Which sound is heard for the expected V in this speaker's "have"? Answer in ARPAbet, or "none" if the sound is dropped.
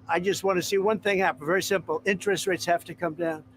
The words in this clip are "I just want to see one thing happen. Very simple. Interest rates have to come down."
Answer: F